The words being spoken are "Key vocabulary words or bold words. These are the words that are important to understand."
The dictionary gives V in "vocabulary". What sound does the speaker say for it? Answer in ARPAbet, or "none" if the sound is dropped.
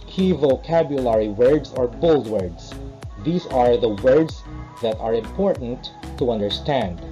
V